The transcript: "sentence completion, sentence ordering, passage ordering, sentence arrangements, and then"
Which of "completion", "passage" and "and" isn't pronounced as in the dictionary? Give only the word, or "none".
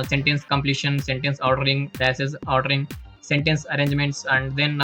passage